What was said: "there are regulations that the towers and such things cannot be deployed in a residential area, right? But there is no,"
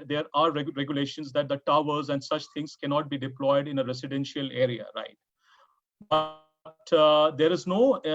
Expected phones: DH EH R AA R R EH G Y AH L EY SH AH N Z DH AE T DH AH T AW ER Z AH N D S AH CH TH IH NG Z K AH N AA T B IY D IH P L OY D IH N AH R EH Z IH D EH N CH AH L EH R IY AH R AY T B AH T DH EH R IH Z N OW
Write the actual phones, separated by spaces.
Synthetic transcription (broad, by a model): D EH R AA R R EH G Y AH L EY SH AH N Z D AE T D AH T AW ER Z AH N D S AH CH T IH NG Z K AH N AA T B IY D IH P L OY D IH N AH R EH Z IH D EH N SH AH L EH R IY AH R AY T B AH T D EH R IH Z N OW